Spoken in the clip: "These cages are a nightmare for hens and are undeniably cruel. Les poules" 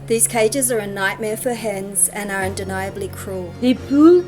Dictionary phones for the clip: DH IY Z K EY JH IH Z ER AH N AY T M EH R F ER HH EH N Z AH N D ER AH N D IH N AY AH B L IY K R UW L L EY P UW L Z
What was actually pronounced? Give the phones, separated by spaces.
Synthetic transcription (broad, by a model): DH IY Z K EY JH IH Z ER AH N AY T M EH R F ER HH EH N Z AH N ER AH N D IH N AY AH B L IY K R UW L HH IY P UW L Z